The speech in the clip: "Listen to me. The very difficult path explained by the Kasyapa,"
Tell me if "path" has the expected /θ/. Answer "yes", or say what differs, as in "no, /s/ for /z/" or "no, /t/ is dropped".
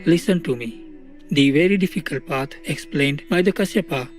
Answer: no, /t/ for /θ/